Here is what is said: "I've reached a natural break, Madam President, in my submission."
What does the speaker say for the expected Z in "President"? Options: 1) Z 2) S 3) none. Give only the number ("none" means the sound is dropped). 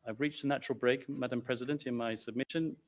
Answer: 1